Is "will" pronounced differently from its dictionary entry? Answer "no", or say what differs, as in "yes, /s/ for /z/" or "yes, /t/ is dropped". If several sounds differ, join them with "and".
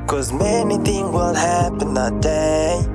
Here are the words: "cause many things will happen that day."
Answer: yes, /n/ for /l/